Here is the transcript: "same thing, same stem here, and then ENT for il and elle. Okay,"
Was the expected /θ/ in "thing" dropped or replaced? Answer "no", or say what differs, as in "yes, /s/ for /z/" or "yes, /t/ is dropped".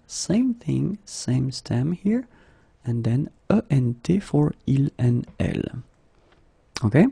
no